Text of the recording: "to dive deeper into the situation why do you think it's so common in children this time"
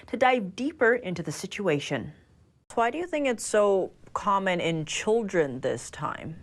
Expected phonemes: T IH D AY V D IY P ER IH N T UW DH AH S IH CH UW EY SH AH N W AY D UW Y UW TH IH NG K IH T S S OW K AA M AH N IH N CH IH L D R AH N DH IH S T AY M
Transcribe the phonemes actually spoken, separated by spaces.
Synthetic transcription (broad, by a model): T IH D AY V D IY P ER IH N T UW DH AH S IH CH UW EY SH AH N W AY D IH Y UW TH IH NG K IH T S S OW K AA M AH N IH N CH IH L D R AH N DH IH S T AY M